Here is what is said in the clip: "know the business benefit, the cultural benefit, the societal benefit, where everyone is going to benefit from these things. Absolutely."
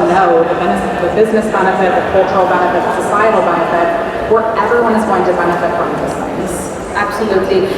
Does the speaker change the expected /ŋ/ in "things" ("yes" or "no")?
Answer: yes